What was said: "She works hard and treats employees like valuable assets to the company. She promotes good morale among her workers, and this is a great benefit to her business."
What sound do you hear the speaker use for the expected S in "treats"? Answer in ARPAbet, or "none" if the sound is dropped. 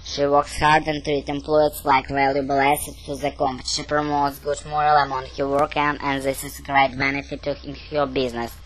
none